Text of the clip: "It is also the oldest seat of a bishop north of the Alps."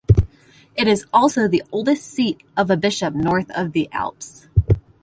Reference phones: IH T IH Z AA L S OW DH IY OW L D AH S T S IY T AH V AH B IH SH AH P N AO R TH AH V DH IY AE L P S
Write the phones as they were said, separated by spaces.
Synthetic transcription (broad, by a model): IH T IH Z AA L S OW DH IY OW L D AH S T S IY T AH V AH B IH SH AH P N AO R TH AH V DH IY AE L P S